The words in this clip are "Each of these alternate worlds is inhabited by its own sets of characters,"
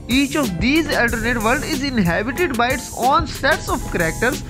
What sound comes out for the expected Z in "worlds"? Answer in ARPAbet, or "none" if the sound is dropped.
none